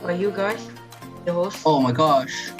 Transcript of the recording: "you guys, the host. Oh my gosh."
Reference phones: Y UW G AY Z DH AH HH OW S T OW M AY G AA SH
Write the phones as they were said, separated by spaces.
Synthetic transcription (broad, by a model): Y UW G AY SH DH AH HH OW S OW M AY G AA SH